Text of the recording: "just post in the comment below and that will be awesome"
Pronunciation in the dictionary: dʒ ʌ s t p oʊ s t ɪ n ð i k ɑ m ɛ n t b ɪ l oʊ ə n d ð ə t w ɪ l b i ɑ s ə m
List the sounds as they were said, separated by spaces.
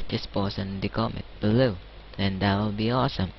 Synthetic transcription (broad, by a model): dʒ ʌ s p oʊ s ɪ n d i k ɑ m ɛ t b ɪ l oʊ ə n d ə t w ɪ l b i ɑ s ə m